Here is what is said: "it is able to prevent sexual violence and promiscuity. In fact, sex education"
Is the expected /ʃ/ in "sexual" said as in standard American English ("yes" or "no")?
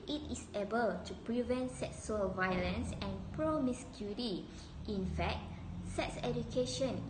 no